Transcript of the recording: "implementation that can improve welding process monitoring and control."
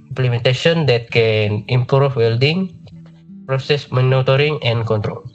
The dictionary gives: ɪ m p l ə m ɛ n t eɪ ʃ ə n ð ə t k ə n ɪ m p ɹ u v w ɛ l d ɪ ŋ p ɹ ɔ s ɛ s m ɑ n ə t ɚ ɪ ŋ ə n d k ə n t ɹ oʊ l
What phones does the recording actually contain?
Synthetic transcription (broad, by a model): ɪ m p l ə m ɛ n t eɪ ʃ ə n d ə t k ə n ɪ m p ɹ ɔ f w ɛ l d ɪ ŋ p ɹ ɔ s ɛ s m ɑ n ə t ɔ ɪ ŋ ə n k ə n t ɹ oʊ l